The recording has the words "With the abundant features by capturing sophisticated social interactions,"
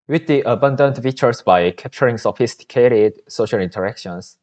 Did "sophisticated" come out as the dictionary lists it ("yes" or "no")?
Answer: yes